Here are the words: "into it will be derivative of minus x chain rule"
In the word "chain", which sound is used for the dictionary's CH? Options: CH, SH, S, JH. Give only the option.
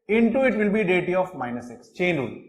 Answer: CH